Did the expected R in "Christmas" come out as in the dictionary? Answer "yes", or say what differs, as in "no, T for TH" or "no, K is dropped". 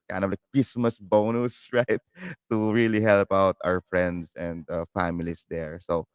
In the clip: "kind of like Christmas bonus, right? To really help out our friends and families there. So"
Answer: yes